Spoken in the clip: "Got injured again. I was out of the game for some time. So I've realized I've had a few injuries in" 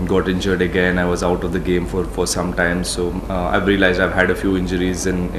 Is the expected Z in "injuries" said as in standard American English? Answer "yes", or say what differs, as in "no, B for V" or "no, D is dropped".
yes